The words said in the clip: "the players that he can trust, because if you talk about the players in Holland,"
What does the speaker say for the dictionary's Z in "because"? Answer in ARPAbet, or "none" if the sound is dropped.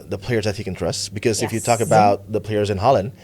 Z